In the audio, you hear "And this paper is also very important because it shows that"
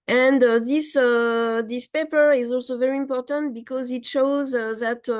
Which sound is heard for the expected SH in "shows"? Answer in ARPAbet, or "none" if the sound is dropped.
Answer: SH